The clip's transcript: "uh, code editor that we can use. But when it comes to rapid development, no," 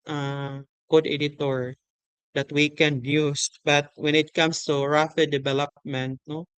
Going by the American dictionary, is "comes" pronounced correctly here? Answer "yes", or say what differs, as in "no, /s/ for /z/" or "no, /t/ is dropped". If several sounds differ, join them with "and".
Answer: no, /s/ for /z/